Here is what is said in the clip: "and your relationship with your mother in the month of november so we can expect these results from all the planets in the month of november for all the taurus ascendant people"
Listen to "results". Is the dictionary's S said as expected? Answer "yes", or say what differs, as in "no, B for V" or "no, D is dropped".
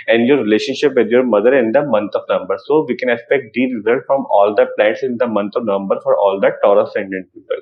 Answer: no, S is dropped